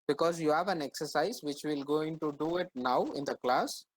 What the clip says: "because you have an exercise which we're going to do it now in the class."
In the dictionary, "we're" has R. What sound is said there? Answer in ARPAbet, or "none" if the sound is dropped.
L